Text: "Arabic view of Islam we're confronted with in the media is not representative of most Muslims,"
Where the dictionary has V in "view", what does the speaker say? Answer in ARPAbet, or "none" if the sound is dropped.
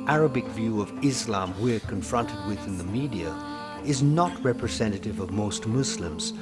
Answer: V